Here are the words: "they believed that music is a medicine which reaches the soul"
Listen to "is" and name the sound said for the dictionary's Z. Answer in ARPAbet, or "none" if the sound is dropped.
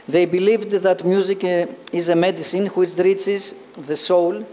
Z